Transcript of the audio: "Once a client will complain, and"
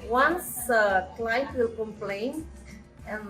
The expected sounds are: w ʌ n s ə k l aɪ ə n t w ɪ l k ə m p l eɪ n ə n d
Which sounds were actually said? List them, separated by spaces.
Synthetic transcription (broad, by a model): w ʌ n s ə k l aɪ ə t w ɪ l k ə m p l eɪ n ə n